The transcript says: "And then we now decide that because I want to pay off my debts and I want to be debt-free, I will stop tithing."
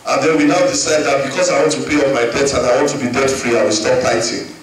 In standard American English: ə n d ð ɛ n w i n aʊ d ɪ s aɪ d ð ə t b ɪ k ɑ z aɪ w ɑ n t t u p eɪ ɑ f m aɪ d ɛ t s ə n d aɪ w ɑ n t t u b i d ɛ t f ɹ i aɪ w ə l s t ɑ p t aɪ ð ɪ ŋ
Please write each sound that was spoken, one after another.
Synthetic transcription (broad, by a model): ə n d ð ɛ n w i n aʊ d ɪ s aɪ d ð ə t b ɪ k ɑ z aɪ w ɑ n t t u p eɪ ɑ p m aɪ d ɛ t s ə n aɪ w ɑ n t t u b i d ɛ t f ɹ i aɪ w ə l s t ɑ p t aɪ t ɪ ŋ